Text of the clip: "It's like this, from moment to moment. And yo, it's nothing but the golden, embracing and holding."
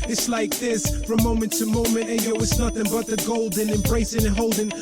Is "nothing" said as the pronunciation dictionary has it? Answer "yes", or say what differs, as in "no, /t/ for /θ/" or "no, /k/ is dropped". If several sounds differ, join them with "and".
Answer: yes